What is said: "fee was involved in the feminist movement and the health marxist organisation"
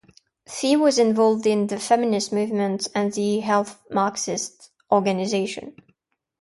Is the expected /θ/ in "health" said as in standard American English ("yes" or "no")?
yes